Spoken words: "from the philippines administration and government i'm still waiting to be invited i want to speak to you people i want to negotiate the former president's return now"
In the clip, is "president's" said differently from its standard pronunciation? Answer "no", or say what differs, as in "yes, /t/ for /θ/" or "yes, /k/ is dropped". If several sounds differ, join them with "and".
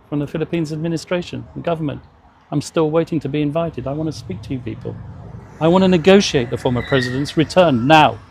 no